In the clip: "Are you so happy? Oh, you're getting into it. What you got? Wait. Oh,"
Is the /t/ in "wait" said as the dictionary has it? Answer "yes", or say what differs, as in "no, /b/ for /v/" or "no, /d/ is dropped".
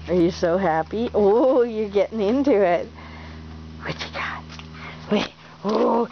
no, /t/ is dropped